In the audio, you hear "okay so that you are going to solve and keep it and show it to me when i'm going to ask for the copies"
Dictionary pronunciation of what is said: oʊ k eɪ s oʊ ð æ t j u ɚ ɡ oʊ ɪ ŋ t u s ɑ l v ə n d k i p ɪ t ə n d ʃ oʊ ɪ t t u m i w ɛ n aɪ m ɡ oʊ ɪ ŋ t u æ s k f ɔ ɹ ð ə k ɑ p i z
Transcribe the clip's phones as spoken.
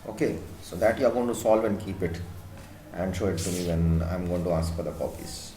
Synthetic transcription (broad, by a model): oʊ k eɪ s oʊ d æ t j u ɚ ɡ oʊ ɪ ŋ t u s ɑ l v ə n d k i p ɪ t ə n d ʃ oʊ ɪ t t u m i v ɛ n aɪ m ɡ oʊ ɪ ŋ t u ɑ s k f ɔ ɹ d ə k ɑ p i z